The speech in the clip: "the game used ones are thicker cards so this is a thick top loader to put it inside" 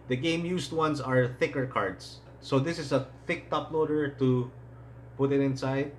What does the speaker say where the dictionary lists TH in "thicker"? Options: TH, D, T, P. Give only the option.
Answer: TH